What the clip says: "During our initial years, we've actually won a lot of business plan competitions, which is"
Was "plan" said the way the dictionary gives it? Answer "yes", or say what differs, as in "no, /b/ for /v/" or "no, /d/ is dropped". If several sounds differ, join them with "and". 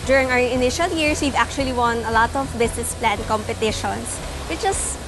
yes